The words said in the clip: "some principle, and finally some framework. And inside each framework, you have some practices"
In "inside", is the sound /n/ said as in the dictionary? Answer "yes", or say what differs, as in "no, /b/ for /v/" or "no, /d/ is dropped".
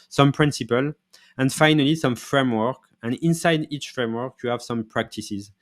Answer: yes